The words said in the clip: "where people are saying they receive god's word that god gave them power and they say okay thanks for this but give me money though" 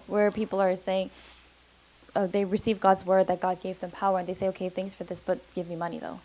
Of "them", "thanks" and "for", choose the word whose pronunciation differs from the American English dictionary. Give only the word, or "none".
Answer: none